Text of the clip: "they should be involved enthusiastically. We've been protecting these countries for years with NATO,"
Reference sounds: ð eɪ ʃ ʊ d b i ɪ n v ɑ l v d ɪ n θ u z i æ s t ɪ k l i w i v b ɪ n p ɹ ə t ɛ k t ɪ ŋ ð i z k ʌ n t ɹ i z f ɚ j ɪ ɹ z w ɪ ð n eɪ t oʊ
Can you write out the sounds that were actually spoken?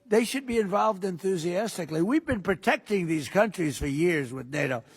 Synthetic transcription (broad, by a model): ð eɪ ʃ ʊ d b i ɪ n v ɑ l v d ɪ n θ u z i æ s t ɪ k l i w i v b ɪ n p ɹ ə t ɛ k t ɪ ŋ ð i z k ʌ n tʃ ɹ i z f ɚ j ɪ ɹ z w ɪ ð n eɪ t oʊ